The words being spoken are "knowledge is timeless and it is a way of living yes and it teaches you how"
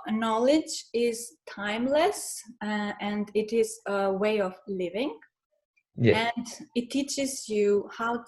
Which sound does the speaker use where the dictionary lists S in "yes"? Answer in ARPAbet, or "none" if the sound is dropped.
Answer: none